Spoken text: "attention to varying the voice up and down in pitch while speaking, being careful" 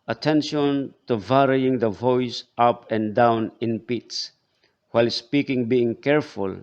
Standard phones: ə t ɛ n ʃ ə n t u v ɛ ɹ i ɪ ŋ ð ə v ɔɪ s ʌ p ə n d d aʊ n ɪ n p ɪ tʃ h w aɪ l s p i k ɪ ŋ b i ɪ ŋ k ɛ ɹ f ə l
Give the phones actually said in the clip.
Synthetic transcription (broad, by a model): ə t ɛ n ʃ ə n t u v ɛ ɹ i ɪ ŋ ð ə v ɔɪ s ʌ p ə n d d aʊ n ɪ n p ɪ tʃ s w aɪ l s p i k ɪ ŋ b i ɪ ŋ k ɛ ɹ f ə l